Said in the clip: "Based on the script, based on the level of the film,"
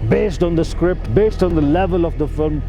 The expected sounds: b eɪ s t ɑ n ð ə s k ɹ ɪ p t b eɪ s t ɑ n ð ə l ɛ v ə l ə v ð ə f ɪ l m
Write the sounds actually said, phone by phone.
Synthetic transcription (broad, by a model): b eɪ s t ɑ n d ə s k ɹ ɪ p t b eɪ s t ɑ n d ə l ɛ v ə l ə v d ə f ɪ l m